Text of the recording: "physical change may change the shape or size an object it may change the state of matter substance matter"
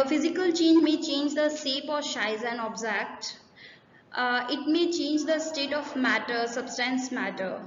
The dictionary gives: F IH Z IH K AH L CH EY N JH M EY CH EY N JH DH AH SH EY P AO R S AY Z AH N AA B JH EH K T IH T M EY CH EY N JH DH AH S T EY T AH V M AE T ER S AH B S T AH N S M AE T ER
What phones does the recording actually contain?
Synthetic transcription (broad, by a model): F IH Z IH K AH L CH EY N JH M EY CH EY N JH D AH S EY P AO R SH AY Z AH N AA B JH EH K T IH T M EY CH EY N JH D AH S T EY T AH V M AE T ER S AH B S T AH N S M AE T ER